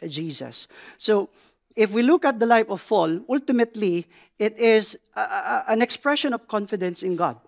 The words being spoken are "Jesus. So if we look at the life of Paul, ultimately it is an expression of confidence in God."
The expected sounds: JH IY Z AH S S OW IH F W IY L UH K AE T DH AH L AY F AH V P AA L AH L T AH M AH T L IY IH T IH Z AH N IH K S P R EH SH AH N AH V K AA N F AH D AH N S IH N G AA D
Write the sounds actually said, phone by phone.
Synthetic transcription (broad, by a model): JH IY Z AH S S OW IH F W IY L UH K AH T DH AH L AY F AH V F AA L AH L T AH M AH T L IY IH T IH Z AH N IH K S P R EH SH AH N AH V K AA N F AH D AH N S IH N G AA D